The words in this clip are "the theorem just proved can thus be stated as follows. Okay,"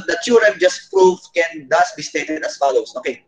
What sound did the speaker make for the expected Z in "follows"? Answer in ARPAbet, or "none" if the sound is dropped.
S